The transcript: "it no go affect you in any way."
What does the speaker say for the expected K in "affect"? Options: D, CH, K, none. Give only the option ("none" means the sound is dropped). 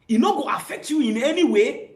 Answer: K